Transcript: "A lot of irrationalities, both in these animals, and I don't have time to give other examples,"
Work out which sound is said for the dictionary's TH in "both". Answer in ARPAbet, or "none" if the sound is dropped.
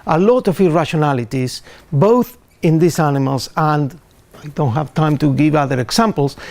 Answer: TH